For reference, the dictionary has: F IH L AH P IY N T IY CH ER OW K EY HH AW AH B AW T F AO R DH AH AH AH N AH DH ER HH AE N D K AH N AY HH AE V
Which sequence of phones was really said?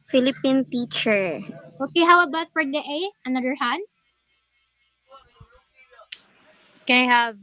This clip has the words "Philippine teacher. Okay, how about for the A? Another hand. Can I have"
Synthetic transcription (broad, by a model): F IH L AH P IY N T IY CH ER OW K EY HH AW AH B AW T F AO R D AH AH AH N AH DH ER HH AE D K AH N AY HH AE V